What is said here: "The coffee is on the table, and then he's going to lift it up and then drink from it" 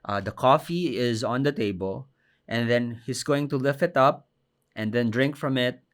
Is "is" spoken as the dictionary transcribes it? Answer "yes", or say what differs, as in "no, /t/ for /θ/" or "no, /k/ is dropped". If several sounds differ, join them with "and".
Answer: yes